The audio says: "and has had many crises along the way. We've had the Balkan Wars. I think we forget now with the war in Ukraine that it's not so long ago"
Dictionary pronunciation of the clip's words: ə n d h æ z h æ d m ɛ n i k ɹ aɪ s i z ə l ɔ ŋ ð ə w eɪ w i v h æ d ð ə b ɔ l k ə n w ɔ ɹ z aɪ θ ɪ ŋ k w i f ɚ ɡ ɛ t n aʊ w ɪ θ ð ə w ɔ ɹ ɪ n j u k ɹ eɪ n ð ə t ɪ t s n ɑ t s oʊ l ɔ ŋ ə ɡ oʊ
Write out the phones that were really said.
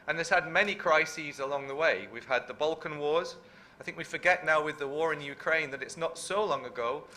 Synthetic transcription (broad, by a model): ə n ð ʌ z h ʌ d m ɛ n i k ɹ aɪ s i z ə l ɔ ŋ ð ə w eɪ w i v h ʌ d ð ə b ɔ l k ə n w ɔ ɹ z aɪ θ ɪ ŋ k w i f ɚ ɡ ɛ t n aʊ w ɪ ð ə w ɔ ɹ ɪ n j u k ɹ eɪ n ð ə t ɪ t s n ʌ t s oʊ l ɔ ŋ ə ɡ oʊ